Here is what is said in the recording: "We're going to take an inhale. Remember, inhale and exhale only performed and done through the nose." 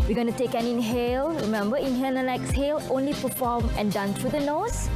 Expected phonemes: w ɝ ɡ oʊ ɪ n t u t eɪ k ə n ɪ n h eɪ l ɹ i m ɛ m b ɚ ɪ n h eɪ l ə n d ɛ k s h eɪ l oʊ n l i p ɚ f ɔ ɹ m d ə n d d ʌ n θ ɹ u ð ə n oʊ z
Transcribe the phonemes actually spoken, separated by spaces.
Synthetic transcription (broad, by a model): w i ɡ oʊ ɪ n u t eɪ k ə n ɪ n h eɪ l ɹ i m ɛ m b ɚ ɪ n h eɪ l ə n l ɛ k s h eɪ l oʊ n l i p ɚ f ɔ m ə n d d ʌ n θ ɹ u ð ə n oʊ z